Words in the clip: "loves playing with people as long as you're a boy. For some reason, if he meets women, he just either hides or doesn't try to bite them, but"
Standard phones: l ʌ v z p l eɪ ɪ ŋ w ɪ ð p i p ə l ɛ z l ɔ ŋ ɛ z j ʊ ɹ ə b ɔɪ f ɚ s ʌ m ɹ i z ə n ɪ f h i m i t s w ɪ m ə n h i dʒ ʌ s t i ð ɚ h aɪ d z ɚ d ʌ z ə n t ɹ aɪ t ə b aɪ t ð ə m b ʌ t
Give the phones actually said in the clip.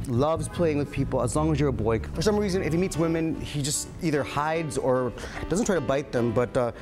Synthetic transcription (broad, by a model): l ʌ v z p l eɪ ɪ ŋ w ɪ ð p i p l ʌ z l ɔ ŋ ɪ z j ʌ ɹ ə b ɔɪ f ɚ s ʌ m ɹ i z ə n ɪ f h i m i t s w ɪ m ə n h i dʒ ʌ s t i ð ɚ h aɪ d z ɚ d ʌ z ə n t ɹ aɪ t ə b aɪ t ð ə m b ʌ t